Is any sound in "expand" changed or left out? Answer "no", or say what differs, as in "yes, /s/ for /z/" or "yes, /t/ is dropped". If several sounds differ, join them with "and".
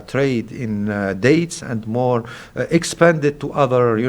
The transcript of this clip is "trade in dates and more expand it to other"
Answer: no